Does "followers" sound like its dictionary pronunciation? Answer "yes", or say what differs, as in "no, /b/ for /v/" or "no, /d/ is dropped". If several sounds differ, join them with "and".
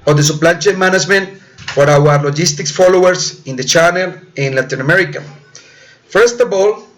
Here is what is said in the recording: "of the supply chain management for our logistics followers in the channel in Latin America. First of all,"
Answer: no, /s/ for /z/